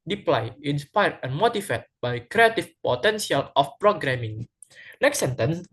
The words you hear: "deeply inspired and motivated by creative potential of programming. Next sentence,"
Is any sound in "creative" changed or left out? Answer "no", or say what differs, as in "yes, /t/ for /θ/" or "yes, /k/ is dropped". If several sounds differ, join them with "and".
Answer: yes, /f/ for /v/